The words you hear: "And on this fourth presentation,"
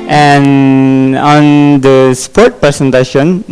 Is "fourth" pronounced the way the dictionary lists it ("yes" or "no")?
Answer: no